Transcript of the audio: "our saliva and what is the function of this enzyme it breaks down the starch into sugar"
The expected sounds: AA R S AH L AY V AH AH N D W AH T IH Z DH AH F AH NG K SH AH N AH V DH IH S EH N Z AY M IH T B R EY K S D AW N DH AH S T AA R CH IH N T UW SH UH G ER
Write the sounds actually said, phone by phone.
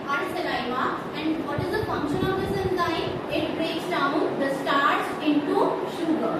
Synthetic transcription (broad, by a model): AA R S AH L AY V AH AH N D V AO T IH Z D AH F AH NG K SH AH N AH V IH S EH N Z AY IH T B R EY K S D AW N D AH S T AA R S IH N T UW SH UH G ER